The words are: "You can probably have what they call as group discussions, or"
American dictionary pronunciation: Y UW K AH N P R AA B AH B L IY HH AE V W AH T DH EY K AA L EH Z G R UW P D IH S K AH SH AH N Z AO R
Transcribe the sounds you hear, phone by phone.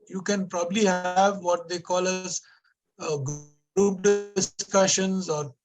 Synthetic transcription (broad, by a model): Y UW K AH N P R AA B AH B L IY HH AE V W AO T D EY K AA L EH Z G UW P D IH S K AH SH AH N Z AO R